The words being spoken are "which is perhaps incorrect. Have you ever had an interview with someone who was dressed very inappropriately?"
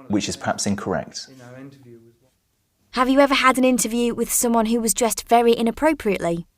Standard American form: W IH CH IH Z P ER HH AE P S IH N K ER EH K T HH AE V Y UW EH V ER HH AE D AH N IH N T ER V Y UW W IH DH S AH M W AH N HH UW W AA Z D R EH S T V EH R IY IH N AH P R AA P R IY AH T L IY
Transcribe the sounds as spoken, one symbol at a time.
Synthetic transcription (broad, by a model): W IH CH IH Z P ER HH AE P S IH N K ER EH K T HH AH V Y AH EH V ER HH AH D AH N IH N T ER V Y UW W IH DH S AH M W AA N HH UW W AA Z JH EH S T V EH R IY IH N AH P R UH P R IY AH T L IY